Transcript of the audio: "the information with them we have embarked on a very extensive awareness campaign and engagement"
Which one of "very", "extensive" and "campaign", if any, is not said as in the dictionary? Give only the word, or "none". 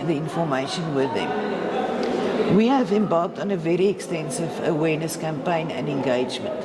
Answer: none